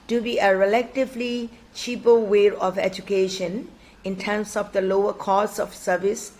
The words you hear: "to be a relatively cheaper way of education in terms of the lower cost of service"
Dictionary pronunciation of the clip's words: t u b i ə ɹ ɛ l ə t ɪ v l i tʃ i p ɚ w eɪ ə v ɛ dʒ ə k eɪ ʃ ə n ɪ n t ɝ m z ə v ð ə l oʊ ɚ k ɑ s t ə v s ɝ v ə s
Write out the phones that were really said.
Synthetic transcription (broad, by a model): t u b i ə ɹ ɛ l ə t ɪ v l i tʃ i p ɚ w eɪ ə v ɛ dʒ ə k eɪ ʃ ə n ɪ n t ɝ m s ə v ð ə l oʊ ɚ k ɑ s ə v s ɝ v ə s